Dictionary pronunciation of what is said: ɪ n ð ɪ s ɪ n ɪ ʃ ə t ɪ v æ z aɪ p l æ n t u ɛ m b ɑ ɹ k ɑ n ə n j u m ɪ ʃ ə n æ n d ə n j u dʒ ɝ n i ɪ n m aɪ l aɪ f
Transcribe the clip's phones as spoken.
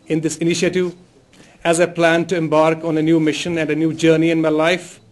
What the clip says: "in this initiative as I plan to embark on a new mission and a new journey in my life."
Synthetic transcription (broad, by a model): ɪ n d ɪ s ɪ n ɪ ʃ ə t ɪ v æ z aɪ p l æ n t u ɛ m b ɑ ɹ k ɑ n ə n j u m ɪ ʃ ə n æ n d ə n j u dʒ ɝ n i ɪ n m aɪ l aɪ f